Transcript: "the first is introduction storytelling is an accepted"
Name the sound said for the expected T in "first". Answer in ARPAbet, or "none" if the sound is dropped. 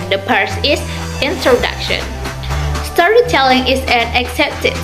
none